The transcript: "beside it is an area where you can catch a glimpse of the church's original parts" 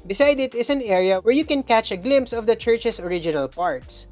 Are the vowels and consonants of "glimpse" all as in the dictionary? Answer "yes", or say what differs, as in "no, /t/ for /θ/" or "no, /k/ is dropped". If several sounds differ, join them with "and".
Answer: yes